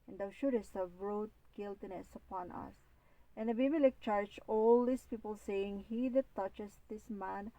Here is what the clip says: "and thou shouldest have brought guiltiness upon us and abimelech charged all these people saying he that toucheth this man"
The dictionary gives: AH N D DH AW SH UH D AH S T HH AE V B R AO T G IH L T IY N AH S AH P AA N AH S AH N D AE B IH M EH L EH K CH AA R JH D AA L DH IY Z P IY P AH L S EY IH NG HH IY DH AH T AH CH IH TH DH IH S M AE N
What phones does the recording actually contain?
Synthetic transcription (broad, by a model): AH N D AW SH UH D AH S T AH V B R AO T G IH L T IY N AH S AH P AA N AH S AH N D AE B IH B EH L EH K CH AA R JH AA L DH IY S P IY P AH L S EY IH NG HH IY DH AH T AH CH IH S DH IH S M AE N